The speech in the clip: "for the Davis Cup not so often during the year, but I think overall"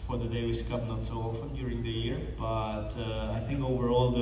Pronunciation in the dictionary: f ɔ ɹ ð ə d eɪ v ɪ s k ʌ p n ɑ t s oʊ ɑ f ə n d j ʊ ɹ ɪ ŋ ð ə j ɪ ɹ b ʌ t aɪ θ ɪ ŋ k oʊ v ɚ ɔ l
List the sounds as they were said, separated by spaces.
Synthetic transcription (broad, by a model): f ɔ ɹ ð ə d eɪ w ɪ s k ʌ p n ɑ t s oʊ ɑ f ə n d j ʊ ɹ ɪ ŋ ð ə j ɪ ɹ b ʌ t aɪ θ ɪ ŋ k oʊ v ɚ ɔ l